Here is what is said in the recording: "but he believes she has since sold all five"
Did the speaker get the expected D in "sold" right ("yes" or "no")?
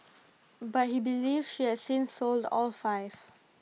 yes